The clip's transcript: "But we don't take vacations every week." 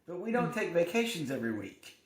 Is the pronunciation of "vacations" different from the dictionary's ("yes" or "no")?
no